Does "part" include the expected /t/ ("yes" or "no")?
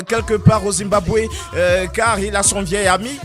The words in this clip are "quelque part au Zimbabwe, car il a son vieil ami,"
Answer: no